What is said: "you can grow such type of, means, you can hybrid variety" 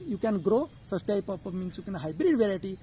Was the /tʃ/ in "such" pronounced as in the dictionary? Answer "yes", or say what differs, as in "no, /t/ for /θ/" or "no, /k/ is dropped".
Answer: no, /s/ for /tʃ/